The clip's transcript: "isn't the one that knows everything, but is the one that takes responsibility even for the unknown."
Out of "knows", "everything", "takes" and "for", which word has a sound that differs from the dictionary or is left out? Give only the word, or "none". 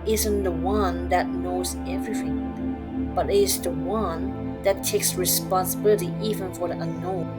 none